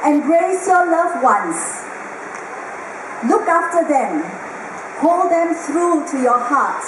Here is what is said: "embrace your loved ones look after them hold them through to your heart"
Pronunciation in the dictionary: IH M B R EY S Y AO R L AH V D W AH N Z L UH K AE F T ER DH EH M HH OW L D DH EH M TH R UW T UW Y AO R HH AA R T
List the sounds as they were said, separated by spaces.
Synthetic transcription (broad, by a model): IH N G R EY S Y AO L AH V W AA N S L UH K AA F T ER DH EH M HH OW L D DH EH M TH R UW T UW Y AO HH AA T